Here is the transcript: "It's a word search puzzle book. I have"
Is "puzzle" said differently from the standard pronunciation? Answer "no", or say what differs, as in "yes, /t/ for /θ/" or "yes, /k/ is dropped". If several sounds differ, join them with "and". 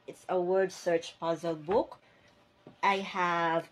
no